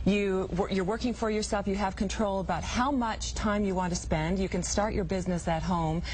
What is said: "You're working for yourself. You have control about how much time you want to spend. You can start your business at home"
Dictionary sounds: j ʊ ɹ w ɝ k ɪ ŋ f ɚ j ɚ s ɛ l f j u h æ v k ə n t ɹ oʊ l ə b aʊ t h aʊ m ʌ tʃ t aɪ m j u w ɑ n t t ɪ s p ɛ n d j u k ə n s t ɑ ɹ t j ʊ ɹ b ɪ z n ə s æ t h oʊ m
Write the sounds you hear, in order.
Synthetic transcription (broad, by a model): j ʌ ɹ w ɝ k ɪ ŋ f ɚ j ɚ s ɛ l f j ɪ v k ə n t ɹ oʊ l ə b aʊ t h aʊ m ʌ tʃ t aɪ m j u w ɑ n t t ɪ s p ɛ n d j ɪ k ə n s t ɑ ɹ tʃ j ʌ ɹ b ɪ z n ə s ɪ t h oʊ m